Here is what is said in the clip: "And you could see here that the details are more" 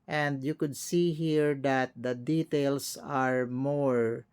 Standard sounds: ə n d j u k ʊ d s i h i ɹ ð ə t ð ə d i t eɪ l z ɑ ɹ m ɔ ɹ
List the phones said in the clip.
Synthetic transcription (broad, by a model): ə n d j u k ʊ d s i h i ɹ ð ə t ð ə d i t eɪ l s ɑ ɹ m ɔ ɹ